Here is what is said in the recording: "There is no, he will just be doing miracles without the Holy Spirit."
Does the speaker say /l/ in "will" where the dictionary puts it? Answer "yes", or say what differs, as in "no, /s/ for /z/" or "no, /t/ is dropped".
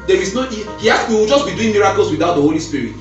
no, /w/ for /l/